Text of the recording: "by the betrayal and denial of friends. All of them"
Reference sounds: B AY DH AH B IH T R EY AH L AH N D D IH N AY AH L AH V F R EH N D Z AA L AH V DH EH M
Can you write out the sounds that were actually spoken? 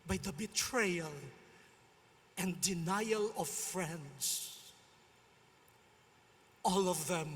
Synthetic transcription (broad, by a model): B AY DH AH B IH T R EY AH L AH N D D IH N AY AH L AH V F R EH N D S AA L AH V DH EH M